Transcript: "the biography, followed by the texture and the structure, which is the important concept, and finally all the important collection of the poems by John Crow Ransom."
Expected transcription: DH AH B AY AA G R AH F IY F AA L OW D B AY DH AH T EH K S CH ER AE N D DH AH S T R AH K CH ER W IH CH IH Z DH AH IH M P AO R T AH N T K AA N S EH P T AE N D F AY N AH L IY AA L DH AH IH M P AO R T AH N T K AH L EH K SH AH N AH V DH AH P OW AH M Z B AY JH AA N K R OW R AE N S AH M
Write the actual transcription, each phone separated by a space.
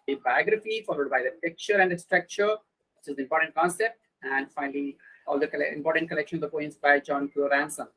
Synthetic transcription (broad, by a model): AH B AY AA G R AH F IY F AA L OW D B AY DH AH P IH K CH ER AE N D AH S T R AH K CH ER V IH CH IH Z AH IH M P AO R T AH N T K AA N S EH P T AE N D F AY N AH L IY AA L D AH IH M P AO R T AH N T K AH L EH K SH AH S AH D P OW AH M S B AY JH AA N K OW R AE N S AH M